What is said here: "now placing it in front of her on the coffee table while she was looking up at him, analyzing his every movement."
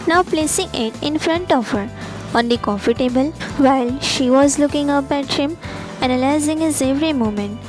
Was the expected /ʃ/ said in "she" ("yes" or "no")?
yes